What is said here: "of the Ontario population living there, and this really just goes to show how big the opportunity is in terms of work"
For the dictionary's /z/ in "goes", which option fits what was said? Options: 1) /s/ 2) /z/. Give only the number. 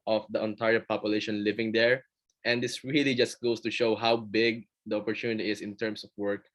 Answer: 1